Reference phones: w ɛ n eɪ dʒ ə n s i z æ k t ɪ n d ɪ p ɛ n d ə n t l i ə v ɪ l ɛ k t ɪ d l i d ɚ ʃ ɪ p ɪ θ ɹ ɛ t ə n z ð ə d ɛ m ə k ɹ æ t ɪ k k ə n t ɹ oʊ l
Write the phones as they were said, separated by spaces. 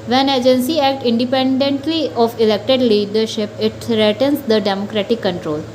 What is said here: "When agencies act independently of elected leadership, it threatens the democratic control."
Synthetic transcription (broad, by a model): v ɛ n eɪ dʒ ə n s i æ k t ɪ n d ɪ p ɛ n d ə n t l i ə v ɪ l ɛ k t ɪ d l i d ɚ ʃ ɪ p ɪ t ɹ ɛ t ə n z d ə d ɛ m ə k ɹ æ t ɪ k k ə n t ɹ oʊ l